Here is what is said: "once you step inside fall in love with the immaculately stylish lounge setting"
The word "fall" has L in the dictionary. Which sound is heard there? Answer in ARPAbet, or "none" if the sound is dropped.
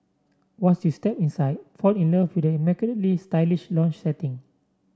N